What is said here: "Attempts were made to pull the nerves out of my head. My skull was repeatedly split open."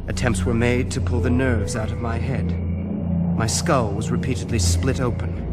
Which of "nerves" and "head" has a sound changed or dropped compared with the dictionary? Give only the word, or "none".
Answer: none